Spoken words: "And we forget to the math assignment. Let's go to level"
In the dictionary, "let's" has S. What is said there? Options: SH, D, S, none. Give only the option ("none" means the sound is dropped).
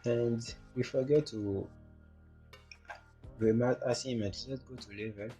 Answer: none